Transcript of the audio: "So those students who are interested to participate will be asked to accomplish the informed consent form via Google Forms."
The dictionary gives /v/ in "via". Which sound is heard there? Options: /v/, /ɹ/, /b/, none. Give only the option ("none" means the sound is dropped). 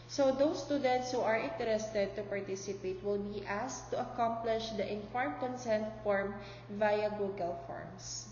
/v/